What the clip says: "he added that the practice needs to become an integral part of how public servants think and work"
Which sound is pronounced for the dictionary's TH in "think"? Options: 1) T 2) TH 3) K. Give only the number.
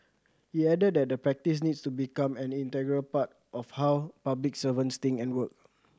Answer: 1